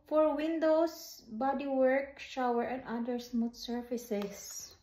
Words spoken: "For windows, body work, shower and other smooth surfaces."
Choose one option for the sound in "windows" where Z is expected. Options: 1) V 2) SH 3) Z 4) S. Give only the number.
4